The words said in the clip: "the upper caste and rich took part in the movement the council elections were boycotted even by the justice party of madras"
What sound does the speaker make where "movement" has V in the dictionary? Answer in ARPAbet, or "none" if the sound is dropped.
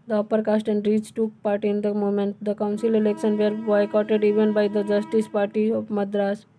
none